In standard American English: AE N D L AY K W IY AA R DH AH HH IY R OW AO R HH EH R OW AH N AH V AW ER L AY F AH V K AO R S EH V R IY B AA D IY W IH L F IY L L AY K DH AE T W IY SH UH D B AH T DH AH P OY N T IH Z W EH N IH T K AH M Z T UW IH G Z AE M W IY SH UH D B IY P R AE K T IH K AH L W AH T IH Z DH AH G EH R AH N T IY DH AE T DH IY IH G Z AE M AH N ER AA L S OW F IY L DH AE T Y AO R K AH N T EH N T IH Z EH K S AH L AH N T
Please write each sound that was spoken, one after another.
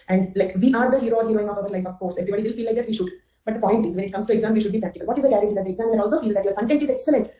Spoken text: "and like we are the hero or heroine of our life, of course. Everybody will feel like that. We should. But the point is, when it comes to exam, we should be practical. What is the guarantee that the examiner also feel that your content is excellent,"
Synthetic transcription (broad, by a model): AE N D L AY K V IY AA R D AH HH IY R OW AO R HH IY R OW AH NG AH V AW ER L AY F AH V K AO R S EH V R IY B AA D IY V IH L F IY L L AY K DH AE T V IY SH UH D B AH T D AH P OY N T IH Z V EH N IH T K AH M S T UW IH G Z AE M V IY SH UH D B IY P R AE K T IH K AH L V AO T IH Z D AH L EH R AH T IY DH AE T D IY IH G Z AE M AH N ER AA L S OW F IY L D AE T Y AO R K AH N T EH N T IH Z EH K S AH L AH N T